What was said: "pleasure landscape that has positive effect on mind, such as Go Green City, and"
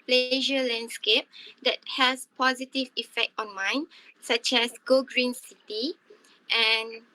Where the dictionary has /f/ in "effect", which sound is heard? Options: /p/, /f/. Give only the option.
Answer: /f/